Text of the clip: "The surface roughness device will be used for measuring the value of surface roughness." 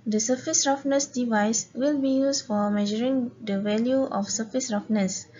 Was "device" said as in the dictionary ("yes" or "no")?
yes